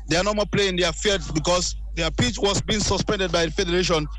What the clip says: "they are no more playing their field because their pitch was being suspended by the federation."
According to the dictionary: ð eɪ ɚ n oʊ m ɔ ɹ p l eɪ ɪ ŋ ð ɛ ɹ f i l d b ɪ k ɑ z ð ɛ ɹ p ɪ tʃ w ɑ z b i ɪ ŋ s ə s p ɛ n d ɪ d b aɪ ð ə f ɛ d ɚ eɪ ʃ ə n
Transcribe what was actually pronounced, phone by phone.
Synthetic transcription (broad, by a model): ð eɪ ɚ n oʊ m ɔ p l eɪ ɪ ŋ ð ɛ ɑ f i d b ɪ k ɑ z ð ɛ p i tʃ w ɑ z b i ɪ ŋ s ə s p ɛ n d ɪ d b aɪ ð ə f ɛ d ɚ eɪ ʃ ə n